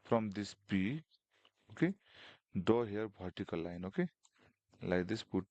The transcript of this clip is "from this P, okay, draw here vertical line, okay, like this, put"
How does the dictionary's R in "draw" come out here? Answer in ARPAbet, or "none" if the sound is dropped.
none